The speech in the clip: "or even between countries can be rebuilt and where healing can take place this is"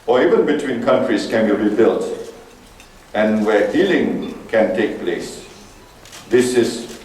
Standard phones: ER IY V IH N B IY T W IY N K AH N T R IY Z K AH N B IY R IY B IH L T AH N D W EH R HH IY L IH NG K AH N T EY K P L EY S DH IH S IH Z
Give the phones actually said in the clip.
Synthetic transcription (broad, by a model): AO IY V IH N B IY T W IY N K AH N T R IY S K AH N B IY R IY B IH L T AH N W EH HH IY L IH NG K AH N T EY K P L EY S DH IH S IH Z